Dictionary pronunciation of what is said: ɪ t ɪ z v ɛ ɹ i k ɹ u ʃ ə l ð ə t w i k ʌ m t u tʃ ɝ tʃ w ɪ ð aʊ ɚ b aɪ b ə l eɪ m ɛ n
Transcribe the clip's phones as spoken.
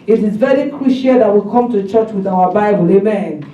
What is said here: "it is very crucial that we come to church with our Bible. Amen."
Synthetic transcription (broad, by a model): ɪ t ɪ z v ɛ ɹ i k ɹ u ʃ ə l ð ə t w i k ʌ m t u tʃ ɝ tʃ w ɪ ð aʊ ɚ b aɪ b ə l eɪ m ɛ n